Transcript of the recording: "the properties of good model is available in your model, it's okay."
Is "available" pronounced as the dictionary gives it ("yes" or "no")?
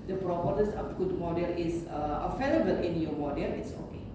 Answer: no